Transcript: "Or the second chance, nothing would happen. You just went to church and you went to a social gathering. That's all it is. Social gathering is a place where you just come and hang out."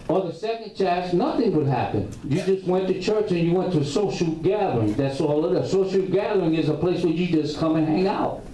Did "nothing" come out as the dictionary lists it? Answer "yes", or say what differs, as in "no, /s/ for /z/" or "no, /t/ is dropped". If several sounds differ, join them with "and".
yes